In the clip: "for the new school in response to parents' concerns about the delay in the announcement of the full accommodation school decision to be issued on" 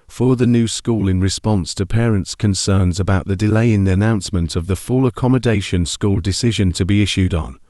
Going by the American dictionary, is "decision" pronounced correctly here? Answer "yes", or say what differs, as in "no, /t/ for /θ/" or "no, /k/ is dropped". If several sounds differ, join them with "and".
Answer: yes